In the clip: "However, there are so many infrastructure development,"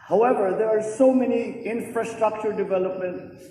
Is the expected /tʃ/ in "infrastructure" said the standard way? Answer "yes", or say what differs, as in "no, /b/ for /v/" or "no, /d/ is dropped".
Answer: yes